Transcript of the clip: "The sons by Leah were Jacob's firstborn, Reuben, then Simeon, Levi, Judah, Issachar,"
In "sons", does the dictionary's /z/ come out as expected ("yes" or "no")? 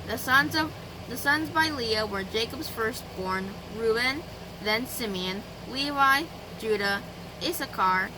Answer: yes